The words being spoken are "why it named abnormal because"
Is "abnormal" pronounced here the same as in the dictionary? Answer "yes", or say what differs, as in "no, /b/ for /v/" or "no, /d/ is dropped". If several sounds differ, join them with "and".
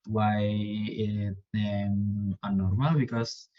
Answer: no, /b/ is dropped